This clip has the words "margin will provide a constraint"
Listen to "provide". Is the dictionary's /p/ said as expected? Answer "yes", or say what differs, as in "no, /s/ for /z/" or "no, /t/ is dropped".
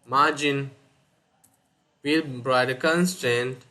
no, /b/ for /p/